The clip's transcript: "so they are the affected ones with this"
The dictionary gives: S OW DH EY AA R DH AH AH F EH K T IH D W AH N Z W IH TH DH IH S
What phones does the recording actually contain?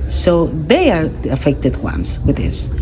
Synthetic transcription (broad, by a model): S OW DH EY AA R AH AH F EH K T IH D W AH N S W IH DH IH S